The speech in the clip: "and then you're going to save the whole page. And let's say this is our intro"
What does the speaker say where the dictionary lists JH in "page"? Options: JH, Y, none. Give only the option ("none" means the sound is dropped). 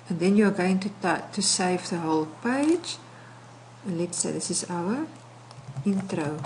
none